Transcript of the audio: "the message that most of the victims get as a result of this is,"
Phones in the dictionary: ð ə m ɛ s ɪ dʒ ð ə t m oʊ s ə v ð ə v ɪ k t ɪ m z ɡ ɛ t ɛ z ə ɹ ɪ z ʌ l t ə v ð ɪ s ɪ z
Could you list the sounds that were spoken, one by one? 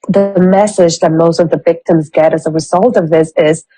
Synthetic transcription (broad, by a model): ð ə m ɛ s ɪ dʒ ð ə t m oʊ s ə v ð ə v ɪ k t ɪ m z ɡ ɛ t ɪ z ə ɹ ɪ z ʌ l t ə v ð ɪ s ɪ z